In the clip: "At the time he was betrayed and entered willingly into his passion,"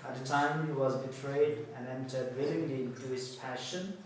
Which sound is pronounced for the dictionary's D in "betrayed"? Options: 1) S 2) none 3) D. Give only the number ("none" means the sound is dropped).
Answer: 3